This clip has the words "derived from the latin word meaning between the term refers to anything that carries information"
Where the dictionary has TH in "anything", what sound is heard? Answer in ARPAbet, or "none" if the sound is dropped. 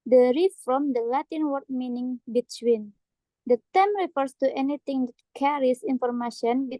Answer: T